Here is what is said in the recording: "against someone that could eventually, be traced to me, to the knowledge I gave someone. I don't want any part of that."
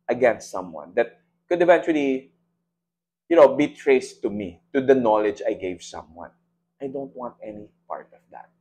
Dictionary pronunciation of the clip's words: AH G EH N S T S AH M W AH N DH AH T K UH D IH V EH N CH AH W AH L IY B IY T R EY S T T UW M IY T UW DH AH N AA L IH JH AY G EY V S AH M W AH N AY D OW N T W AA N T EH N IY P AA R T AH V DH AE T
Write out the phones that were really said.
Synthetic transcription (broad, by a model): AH G EH N S T S AH M W AH N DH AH T K UH D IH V EH N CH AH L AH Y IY B IY T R EY S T T UW M IY T UW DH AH N AA L IH JH AY G EY V S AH M W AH N AY D OW N T W AA N T EH N IY P AA R T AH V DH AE T